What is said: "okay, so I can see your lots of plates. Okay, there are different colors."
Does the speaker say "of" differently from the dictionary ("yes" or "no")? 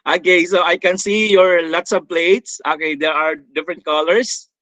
yes